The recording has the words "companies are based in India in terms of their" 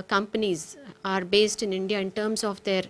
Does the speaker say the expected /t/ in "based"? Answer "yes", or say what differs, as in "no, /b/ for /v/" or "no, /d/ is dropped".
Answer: yes